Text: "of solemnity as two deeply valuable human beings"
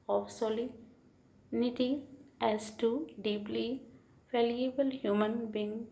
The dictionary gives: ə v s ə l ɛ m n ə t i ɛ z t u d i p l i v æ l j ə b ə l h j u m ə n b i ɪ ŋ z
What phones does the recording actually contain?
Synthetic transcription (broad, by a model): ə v s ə l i n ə t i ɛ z t u d i p l i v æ l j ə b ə l h j u m ə n b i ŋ